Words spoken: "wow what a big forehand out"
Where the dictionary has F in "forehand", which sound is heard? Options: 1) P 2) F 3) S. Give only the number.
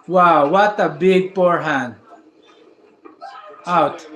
1